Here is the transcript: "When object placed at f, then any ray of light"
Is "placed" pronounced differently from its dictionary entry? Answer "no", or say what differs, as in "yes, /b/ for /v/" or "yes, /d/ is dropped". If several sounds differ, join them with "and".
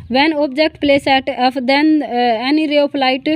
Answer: yes, /t/ is dropped